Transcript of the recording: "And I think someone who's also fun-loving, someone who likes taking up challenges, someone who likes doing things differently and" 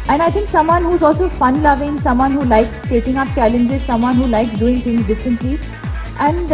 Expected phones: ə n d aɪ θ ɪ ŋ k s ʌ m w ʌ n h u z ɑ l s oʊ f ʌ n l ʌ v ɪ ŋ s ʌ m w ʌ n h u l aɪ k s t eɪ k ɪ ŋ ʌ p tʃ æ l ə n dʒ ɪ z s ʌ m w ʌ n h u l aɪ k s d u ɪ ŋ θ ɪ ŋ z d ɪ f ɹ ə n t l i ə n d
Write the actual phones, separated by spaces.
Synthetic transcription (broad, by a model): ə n aɪ t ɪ ŋ k s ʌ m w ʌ n h u z ɑ l s oʊ f ʌ n l ʌ v ɪ ŋ s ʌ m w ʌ n h u l aɪ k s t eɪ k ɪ ŋ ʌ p tʃ æ l ə n dʒ ɪ z s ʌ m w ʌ n h u l aɪ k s d u ɪ ŋ t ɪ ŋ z d ɪ f ɹ ə n t l i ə n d